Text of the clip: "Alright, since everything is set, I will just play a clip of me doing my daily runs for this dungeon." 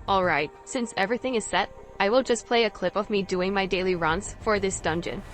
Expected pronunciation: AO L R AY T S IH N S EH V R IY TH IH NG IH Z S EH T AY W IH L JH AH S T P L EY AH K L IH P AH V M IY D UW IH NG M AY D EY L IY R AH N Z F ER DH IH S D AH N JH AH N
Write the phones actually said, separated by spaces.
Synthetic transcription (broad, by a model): AO L R AY T S IH N S EH V R IY TH IH NG IH Z S EH T AY W IH L JH AH S P L EY AH K L IH P AH V M IY D UW IH NG M AY D EY L IY R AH N S F ER DH IH S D AH N JH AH N